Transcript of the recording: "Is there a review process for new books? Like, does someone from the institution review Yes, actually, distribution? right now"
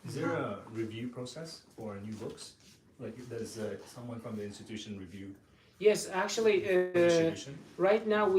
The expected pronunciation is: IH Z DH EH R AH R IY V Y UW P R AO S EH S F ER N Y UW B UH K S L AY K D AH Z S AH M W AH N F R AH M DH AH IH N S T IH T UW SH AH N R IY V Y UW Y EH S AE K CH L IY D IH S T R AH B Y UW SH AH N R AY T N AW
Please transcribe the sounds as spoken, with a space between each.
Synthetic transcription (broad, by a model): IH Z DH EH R AH R IY V Y UW P R AO S EH S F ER N Y UW B UH K S L AY K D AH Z S AH M W AH N F R AH M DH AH IH N S T IH T UW SH AH N R IY V Y UW Y EH S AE K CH IY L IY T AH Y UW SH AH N R AY T N AW